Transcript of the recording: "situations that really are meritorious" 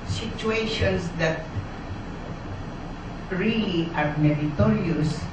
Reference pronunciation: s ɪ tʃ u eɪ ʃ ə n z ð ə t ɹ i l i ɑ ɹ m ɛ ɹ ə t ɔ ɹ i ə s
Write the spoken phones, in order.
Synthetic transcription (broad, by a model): s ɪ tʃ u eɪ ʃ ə n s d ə t ɹ i l i ɑ ɹ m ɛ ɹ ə t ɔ ɹ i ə s